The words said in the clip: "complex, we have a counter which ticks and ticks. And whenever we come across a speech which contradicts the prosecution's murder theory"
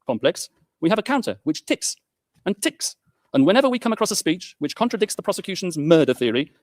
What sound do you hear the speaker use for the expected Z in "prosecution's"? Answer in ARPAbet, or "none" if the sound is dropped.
Z